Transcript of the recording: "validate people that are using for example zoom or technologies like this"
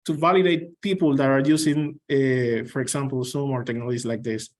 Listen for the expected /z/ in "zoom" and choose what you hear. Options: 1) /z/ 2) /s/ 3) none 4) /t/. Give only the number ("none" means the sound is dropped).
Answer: 2